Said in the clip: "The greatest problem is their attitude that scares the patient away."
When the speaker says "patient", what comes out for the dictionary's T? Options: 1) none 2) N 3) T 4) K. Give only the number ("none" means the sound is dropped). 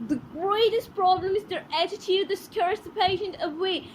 1